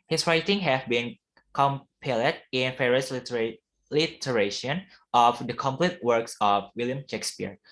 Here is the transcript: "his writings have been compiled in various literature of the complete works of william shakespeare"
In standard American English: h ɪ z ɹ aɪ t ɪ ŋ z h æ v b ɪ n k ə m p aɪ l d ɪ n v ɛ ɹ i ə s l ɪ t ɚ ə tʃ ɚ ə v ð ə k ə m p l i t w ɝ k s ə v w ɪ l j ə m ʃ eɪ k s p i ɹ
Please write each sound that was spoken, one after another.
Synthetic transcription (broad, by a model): h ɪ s ɹ aɪ t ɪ ŋ h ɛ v b ɪ n k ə m p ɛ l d ɪ n f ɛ ɹ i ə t l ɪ t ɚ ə ʃ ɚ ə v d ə k ə m p l i t w ɝ k s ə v w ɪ l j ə m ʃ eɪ k s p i ɹ